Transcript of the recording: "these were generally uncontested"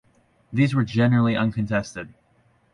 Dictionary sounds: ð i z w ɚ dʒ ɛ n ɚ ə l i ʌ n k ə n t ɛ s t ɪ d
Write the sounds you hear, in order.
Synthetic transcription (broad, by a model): ð i z w ɚ dʒ ɛ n ɚ l i ʌ n k ə n t ɛ s t ɪ d